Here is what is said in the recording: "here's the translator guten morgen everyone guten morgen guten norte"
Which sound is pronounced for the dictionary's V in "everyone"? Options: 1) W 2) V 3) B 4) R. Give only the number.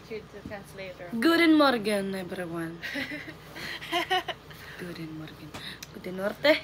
3